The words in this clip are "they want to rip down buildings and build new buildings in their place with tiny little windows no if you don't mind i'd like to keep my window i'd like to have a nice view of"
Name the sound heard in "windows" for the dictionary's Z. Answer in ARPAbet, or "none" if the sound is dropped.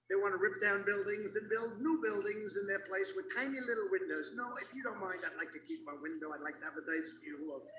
Z